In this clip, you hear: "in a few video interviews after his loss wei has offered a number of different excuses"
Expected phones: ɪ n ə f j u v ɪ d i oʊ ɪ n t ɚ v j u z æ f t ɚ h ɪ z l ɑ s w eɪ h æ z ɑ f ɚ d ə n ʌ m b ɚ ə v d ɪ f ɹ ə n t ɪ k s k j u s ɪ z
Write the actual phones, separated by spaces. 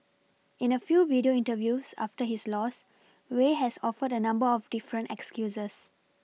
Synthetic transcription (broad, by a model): ɪ n ə f j u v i d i oʊ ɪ n t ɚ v j u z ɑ f t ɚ h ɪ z l ɑ s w eɪ h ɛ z ɑ f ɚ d ə n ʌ m b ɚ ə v d ɪ f ɹ ə n t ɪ k s k j u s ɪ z